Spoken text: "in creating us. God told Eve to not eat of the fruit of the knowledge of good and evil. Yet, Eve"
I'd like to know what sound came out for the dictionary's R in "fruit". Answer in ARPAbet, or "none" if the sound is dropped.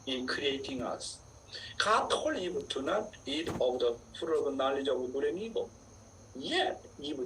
none